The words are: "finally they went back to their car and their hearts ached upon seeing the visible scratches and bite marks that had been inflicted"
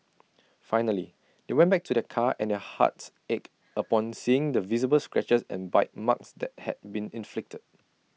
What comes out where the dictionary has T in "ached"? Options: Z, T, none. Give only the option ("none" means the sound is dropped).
none